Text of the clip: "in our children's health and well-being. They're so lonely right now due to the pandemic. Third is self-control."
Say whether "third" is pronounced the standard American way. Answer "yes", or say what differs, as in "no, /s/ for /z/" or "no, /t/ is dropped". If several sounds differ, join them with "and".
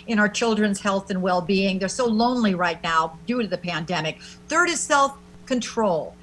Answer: yes